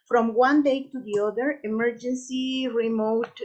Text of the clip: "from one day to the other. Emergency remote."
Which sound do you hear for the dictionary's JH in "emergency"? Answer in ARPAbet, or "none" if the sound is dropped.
JH